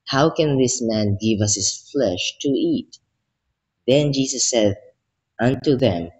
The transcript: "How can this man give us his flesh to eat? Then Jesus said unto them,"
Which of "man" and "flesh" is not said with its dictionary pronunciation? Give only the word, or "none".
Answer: none